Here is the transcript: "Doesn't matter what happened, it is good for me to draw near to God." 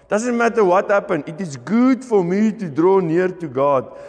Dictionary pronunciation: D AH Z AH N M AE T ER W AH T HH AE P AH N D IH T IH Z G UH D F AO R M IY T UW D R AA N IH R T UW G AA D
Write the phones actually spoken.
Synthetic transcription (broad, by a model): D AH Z AH N M AE T ER W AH T HH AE P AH N IH T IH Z G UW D F AO R M IY T UW D R AA N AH R T UW G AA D